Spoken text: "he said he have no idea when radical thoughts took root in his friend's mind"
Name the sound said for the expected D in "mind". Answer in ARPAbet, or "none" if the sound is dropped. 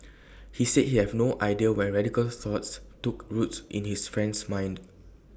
D